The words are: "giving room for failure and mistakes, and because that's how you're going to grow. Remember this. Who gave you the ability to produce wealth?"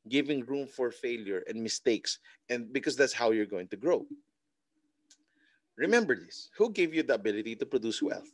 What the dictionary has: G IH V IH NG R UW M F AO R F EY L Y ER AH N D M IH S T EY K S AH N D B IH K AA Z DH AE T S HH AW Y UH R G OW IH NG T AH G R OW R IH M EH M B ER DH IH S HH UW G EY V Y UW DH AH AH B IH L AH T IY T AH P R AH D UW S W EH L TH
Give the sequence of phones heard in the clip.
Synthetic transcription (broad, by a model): G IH V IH NG R UW M F AO R F EY L Y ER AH N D M IH S T EY K S AH N D B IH K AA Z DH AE T S HH AW Y UH R G OW IH NG T AH G R OW R IH M EH M B ER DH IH S HH UW G EY V Y UW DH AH AH B IH L AH T IY T AH P R AH D UW S W EH L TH